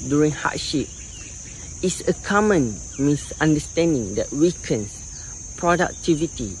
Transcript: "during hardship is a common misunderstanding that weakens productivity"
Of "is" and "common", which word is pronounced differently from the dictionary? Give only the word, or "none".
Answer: is